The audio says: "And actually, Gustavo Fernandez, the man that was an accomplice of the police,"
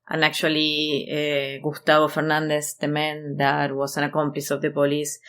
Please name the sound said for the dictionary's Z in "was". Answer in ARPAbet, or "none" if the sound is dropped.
S